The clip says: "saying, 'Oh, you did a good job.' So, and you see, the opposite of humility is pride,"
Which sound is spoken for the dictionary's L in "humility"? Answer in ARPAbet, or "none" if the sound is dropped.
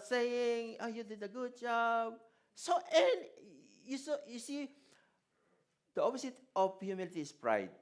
L